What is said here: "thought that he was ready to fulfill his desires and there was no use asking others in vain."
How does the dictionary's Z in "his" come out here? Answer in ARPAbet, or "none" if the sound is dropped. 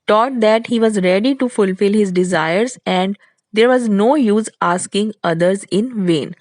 Z